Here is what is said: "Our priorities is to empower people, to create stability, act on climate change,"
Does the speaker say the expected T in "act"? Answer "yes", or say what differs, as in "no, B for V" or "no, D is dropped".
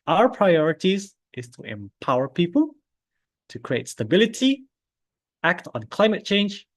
yes